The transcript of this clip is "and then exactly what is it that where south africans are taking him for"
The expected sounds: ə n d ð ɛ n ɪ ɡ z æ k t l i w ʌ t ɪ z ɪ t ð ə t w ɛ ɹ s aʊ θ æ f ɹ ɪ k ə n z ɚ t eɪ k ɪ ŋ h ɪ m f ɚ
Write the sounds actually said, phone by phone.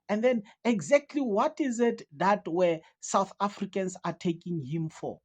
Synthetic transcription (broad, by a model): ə n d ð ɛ n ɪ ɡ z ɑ k t l i w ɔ t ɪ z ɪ t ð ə t w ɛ s aʊ θ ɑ f ɹ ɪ k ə n s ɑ t eɪ k ɪ ŋ h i m f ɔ